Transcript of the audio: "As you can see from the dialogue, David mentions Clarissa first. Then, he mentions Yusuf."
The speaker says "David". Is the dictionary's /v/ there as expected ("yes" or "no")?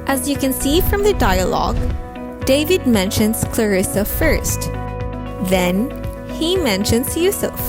yes